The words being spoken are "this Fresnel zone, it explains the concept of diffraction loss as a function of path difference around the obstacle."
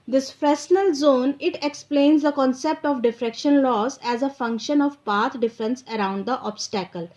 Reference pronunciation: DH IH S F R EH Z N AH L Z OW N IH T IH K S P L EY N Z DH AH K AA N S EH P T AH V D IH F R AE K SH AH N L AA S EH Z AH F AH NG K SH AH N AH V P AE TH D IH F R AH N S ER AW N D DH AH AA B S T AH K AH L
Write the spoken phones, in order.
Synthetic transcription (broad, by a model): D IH S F R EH S N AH L Z OW N IH T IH K S P L EY N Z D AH K AA N S EH P T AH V D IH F R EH K SH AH N L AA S EH Z AH F AH NG K SH AH N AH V P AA T D IH F R AH N S ER AW N D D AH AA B S T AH K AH L